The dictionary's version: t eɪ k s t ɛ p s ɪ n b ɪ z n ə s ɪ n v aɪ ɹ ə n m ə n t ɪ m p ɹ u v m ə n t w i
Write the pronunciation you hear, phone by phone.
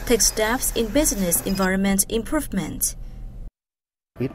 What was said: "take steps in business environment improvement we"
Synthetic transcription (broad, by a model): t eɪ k s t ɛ f s ɪ n b ɪ z n ə s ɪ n v aɪ ɹ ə n m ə n t ɪ m p ɹ u v m ə n t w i